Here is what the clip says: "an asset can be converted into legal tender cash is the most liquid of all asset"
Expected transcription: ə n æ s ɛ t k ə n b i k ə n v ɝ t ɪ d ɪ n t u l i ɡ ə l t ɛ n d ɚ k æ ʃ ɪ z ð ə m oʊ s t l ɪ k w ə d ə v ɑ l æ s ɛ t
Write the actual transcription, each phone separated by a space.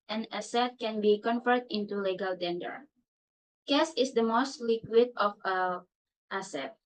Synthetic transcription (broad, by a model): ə n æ s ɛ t k ə n b i k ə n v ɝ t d ɪ n t u l i ɡ ə l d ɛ n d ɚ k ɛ s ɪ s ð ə m oʊ s t l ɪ k w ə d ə f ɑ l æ s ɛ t